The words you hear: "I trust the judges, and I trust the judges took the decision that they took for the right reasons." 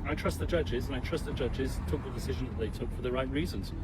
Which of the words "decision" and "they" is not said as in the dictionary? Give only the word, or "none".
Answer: none